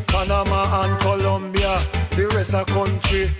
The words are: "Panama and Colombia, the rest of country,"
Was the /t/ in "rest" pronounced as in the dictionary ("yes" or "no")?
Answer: no